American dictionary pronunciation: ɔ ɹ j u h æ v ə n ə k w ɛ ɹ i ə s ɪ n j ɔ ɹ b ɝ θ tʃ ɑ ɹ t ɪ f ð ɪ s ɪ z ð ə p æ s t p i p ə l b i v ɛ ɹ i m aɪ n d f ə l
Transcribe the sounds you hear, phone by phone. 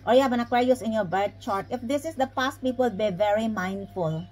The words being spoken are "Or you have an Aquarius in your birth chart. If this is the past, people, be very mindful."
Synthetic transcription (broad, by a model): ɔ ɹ j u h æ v ə n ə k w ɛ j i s ɪ n j ɔ ɹ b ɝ t tʃ ɑ ɹ t ɪ f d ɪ s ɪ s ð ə p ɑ s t p i p ə l b i v ɛ ɹ i m aɪ n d f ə l